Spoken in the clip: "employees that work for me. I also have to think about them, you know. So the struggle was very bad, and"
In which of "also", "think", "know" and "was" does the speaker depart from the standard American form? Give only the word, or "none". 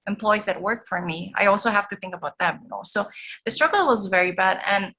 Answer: none